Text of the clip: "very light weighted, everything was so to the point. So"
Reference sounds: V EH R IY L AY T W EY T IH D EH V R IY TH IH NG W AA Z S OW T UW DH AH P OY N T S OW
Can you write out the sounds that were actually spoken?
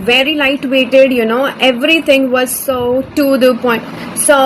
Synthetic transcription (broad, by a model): V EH R IY L AY T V EY T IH D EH V R IY T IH NG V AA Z S OW T UW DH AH P OY N T S OW